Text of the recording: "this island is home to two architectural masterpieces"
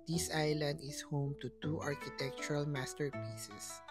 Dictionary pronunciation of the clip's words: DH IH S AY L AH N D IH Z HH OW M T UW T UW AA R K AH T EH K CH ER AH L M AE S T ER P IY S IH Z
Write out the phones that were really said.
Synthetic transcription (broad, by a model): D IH S AY L AH N D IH S HH OW M T UW T UW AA R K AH T EH K CH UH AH L M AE S T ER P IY S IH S